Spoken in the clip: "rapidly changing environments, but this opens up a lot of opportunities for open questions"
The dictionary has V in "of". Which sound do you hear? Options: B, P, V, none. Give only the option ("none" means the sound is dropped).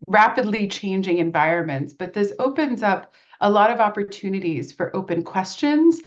V